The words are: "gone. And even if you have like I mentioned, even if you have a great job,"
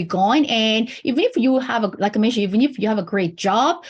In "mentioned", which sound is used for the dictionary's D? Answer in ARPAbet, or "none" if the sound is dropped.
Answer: none